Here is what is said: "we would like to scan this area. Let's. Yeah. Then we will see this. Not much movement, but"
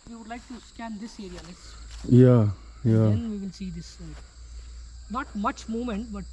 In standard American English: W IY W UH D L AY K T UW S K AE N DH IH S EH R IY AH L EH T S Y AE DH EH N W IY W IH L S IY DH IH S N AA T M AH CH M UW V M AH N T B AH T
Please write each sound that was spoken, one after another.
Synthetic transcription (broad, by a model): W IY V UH D L AY K T UW S K AE N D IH S EH R IY AH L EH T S Y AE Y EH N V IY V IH N S IY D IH S N AA T M AH CH M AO M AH N T B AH T